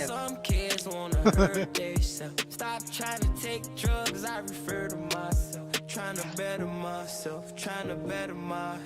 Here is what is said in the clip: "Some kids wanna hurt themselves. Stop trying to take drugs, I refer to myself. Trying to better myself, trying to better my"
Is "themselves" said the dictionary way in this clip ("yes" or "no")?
no